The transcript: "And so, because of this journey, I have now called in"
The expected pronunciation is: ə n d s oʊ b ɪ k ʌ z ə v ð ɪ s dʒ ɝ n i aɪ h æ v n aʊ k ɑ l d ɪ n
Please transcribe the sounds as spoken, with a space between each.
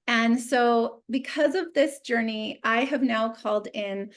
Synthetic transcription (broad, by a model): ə n s oʊ b ɪ k ʌ z ə v ð ɪ s dʒ ɝ n i aɪ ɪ v n aʊ k ɑ l d ɪ n